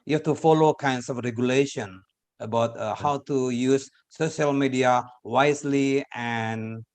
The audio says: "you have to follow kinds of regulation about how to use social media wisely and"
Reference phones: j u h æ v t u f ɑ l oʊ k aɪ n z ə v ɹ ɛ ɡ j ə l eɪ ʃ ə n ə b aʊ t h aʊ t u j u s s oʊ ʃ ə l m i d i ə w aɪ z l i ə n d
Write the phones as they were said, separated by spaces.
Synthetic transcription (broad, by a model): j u h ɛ f t u f ɑ l oʊ k aɪ n s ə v ɹ ɛ ɡ j ə l eɪ ʃ ə n ə b aʊ t h aʊ t u j u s s oʊ ʃ ə l m i d i ə w aɪ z l i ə n